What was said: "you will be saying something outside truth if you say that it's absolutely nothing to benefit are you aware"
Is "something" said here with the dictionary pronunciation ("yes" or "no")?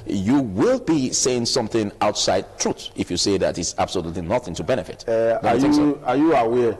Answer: yes